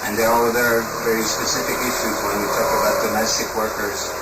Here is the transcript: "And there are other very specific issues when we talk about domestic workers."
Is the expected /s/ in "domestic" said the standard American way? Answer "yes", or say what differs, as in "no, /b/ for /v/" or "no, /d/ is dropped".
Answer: yes